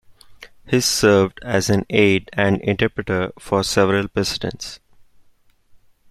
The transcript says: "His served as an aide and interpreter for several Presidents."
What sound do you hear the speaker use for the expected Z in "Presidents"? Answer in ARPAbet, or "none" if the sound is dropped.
S